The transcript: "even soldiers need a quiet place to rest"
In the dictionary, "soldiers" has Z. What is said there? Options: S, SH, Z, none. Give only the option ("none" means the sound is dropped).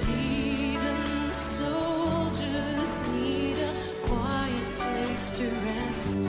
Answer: Z